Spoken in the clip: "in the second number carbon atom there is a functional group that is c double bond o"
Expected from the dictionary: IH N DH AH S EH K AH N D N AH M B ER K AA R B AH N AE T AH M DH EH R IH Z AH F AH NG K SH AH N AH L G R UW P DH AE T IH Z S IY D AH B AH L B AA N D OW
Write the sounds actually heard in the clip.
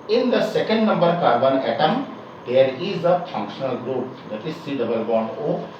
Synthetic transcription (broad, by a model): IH N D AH S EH K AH N D N AH M B ER K AA R B AH N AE T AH M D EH R IH Z AH F AH NG K SH AH N AH L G R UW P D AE T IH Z S IY D AH B AH L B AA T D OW